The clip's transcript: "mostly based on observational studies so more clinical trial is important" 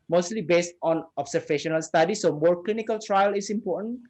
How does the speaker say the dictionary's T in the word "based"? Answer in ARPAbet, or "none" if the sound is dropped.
T